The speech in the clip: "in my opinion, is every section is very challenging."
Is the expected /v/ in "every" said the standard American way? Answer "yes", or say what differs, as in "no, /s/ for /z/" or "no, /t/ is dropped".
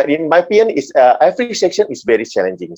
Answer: no, /f/ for /v/